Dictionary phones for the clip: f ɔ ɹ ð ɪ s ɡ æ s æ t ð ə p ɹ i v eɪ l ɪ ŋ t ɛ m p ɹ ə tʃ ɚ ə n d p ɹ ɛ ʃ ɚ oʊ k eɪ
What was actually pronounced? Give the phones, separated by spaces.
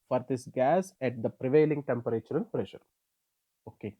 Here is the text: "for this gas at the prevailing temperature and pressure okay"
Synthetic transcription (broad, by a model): f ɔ ɹ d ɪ s ɡ æ s æ t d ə p ɹ i v eɪ l ɪ ŋ t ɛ m p ɹ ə tʃ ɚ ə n p ɹ ɛ ʃ ɚ oʊ k eɪ